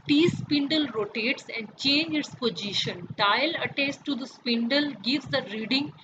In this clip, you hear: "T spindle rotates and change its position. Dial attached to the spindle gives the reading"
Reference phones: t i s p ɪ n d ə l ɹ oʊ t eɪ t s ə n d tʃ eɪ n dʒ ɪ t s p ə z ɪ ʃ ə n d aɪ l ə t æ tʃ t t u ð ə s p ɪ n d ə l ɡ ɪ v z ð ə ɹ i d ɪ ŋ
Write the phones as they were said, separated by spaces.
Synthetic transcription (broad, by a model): t i s p ɪ n d ə l ɹ oʊ t eɪ t s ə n d tʃ eɪ n dʒ ɪ t s p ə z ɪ ʃ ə n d aɪ l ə t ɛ s t t u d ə s p ɪ n d ə l ɡ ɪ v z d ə ɹ i d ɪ ŋ